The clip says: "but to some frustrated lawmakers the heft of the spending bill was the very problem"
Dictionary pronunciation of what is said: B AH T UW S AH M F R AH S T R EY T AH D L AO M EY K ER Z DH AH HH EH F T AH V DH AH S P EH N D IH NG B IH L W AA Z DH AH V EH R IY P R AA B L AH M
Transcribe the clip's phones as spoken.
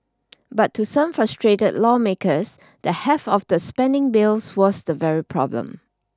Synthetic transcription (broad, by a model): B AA T UW S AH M F R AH S T R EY T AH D L AO M EY K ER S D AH HH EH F AH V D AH S P EH N D IH NG B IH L W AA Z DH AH V EH R IY P R AA B L AH M